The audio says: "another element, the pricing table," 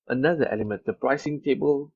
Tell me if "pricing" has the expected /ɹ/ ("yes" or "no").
yes